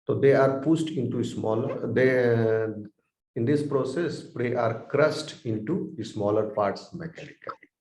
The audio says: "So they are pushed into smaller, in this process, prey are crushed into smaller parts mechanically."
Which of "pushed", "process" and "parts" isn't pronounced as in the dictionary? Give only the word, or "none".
pushed